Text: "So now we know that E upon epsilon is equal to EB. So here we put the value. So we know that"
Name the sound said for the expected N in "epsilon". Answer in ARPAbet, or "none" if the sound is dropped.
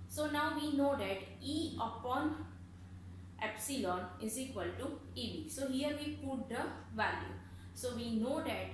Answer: N